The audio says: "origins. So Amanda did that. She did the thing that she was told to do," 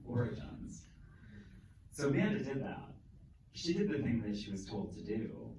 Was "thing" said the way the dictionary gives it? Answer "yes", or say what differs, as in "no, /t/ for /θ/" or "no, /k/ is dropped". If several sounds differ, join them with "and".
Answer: yes